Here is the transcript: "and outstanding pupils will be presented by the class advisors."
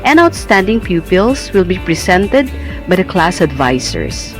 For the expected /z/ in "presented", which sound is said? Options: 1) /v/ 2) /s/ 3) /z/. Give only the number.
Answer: 2